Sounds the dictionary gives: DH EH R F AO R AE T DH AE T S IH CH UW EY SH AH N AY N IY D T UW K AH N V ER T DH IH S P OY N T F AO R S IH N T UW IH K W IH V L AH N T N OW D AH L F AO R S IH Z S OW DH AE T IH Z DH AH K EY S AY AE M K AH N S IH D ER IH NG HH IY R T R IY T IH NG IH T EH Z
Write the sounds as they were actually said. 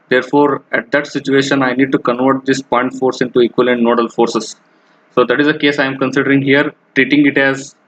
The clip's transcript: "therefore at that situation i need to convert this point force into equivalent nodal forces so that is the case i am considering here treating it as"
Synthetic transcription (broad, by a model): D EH R F AO R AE T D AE T S IH CH UW EY SH AH N AY N IY D T UW K AH N V ER T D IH S P OY N T F AO R S IH N T UW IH K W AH L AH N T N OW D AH L F AO R S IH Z S OW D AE T IH Z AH K EY S AY M K AH N S IH D ER IH NG HH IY R T R IY T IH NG IH T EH Z